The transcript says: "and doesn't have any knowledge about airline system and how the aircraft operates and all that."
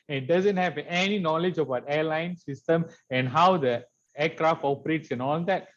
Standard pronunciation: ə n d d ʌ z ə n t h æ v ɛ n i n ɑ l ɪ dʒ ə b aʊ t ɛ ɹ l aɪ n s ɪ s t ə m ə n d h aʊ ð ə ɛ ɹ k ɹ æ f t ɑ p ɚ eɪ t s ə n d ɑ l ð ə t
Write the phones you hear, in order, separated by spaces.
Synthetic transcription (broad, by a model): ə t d d ʌ z ə n t h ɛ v ɛ n i n ɑ l ɪ dʒ ə b aʊ t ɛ l aɪ n s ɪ s t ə m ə n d h aʊ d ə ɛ k ɹ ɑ f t ɑ p ɚ eɪ t s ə n ɑ l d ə t